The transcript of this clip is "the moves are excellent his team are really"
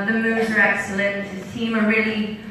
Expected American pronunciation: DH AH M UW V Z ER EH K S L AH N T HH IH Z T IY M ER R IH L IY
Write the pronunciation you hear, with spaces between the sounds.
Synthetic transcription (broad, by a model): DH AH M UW Z ER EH K S L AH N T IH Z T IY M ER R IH L IY